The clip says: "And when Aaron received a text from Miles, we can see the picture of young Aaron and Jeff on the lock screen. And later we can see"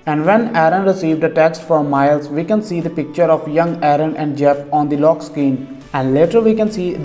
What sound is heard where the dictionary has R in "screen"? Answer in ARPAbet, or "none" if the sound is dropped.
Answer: none